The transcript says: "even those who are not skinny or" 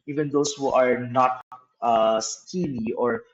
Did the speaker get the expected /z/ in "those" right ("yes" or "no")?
no